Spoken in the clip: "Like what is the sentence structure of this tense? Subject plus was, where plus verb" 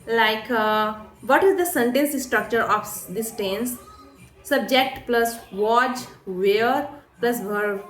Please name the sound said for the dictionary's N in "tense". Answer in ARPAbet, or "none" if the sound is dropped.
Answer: N